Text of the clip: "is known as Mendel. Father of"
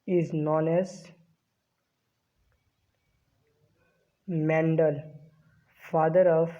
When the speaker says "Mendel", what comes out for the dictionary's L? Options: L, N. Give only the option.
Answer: L